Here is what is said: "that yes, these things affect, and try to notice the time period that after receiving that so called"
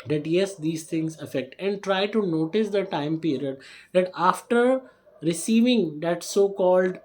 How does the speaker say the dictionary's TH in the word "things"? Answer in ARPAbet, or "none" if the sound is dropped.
T